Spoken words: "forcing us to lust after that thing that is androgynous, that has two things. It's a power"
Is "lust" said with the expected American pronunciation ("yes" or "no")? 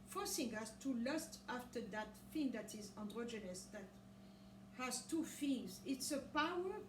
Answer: yes